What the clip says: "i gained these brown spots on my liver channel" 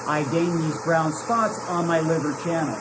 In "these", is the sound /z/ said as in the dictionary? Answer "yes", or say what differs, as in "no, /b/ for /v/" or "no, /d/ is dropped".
yes